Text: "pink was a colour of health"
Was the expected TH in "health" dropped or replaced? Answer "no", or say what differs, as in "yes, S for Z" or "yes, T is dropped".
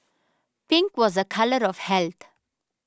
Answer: yes, T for TH